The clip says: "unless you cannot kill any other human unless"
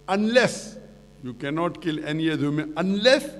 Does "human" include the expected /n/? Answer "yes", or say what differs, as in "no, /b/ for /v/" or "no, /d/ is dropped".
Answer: no, /n/ is dropped